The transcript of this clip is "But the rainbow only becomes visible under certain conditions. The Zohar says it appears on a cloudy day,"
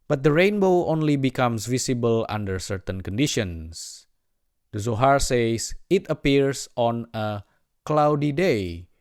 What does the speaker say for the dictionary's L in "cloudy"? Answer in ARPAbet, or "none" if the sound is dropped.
L